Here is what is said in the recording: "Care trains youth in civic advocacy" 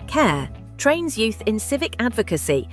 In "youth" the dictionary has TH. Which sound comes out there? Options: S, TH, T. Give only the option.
TH